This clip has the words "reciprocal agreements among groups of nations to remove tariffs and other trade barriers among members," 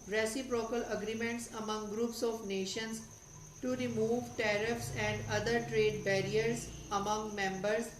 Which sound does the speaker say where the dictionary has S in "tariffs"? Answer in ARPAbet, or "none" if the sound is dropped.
S